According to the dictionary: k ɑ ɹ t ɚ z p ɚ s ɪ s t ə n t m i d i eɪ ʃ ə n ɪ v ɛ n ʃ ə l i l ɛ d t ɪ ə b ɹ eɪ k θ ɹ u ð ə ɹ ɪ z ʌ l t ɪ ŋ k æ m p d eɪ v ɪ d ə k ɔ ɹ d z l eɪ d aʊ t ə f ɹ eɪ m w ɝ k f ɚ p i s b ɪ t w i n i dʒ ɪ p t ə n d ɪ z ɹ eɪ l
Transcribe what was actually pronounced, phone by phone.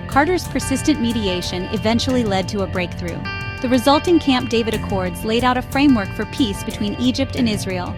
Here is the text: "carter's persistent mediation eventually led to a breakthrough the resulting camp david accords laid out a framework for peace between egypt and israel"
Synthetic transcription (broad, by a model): k ɑ ɹ t ɚ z p ɚ s ɪ s t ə n m i d i eɪ ʃ ə n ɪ v ɛ n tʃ l i l ɛ d t ɪ ə b ɹ eɪ k θ ɹ u ð ə ɹ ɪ z ʌ l t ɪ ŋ k æ m p d eɪ v ɪ d ə k ɔ ɹ d z l eɪ d aʊ t ə f ɹ eɪ m w ɝ k f ɚ p i s b ɪ t w i n i dʒ ɪ p t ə n ɪ z ɹ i l